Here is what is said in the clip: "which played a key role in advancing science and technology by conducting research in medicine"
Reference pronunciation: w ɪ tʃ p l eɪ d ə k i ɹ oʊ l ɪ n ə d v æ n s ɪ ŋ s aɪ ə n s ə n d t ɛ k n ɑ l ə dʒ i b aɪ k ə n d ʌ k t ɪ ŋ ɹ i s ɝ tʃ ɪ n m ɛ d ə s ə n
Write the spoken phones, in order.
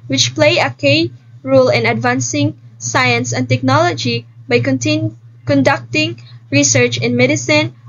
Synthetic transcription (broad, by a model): w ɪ tʃ p l eɪ ə k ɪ ɹ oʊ l ɪ n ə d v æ n s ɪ ŋ s aɪ ə n s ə n t ɛ k n ɑ l ə dʒ i b aɪ k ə n d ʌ k t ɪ ŋ ɹ i s ɝ tʃ ɪ n m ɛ d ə s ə n